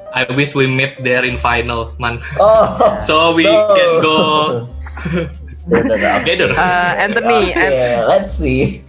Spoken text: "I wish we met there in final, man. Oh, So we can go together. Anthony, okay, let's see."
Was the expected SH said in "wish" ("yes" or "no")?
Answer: no